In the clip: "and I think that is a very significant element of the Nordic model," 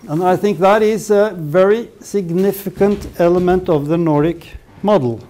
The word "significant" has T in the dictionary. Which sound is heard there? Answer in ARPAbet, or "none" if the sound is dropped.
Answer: T